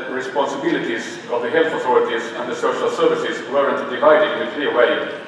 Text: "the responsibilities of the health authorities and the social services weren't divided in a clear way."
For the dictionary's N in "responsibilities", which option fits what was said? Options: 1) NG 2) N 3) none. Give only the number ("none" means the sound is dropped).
2